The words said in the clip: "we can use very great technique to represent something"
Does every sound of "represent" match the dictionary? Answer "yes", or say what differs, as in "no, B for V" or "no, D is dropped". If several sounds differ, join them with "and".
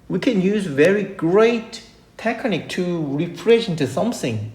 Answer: no, F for P